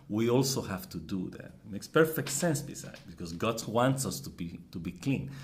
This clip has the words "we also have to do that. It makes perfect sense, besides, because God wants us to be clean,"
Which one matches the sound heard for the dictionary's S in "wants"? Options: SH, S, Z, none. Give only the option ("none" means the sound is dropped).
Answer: S